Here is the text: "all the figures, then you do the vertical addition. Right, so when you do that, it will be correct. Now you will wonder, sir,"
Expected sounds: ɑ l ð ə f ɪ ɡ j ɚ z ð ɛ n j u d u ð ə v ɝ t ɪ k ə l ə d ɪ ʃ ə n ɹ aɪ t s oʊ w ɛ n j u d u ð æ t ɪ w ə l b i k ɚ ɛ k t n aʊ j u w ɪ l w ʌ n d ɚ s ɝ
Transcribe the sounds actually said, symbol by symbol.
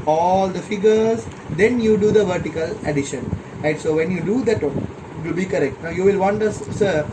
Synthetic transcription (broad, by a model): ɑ l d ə f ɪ ɡ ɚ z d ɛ n j u d u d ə v ɝ t ɪ k ə l ə d ɪ ʃ ə n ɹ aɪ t s oʊ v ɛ n j u d u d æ t ɪ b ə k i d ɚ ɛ k t n aʊ j u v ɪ l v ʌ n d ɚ s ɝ